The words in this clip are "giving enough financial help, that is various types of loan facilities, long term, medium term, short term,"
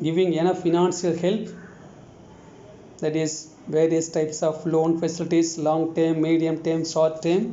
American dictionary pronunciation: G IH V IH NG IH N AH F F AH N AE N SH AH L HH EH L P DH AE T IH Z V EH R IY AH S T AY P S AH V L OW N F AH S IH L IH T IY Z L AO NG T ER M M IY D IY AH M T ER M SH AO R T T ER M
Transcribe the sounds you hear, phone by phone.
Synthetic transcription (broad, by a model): G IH V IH NG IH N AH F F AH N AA N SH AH L HH EH L P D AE T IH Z V EH R IY AH S T AY P S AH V L OW N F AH S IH L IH T IY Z L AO NG T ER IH M IY D IY AH M T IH M S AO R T T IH M